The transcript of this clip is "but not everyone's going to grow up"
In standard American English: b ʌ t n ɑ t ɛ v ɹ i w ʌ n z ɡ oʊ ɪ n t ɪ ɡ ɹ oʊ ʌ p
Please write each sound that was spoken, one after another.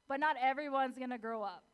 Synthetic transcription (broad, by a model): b ʌ t n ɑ t ɛ v ɹ i w ʌ n z ɡ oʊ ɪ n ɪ ɡ ɹ oʊ ʌ p